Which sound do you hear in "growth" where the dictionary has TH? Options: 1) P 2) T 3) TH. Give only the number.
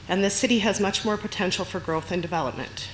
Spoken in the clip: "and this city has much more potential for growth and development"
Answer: 3